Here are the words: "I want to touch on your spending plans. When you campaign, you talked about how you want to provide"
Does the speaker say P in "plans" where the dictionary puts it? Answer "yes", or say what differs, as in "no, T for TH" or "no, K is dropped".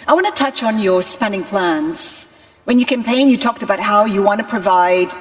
yes